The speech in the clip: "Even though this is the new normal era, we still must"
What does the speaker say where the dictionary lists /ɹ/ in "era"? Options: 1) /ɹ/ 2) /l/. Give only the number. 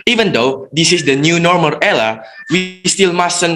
2